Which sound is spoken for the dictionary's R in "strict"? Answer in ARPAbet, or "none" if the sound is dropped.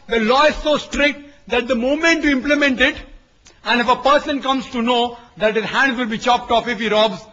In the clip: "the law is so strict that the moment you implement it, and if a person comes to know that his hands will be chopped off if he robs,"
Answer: R